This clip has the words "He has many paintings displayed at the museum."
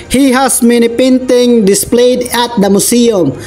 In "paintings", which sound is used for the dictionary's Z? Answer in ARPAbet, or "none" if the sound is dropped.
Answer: none